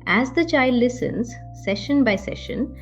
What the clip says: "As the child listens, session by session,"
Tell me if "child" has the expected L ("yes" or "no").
yes